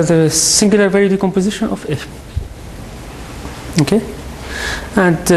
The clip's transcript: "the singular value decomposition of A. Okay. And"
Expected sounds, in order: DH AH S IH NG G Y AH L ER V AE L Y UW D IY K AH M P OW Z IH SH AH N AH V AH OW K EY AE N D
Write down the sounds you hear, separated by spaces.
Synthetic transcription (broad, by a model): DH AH S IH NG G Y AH L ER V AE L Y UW D IY K AH M P OW Z IH SH AH N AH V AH OW K EY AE N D